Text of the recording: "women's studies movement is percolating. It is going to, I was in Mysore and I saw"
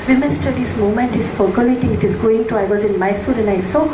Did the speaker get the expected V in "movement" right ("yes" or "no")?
no